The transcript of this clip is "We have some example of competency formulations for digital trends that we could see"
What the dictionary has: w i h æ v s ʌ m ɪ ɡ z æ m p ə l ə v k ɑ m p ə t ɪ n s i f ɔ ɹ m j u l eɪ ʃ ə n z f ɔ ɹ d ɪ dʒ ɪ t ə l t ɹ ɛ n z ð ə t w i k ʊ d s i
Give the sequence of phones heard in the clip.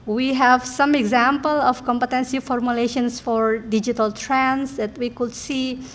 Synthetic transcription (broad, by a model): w i h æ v s ʌ m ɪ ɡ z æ m p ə l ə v k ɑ m p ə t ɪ n s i f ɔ ɹ m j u l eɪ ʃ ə n s f ɔ ɹ d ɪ dʒ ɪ t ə l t ɹ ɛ n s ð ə t w i k ʊ d s i